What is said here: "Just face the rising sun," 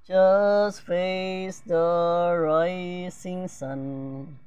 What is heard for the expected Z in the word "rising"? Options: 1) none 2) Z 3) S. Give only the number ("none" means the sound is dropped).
3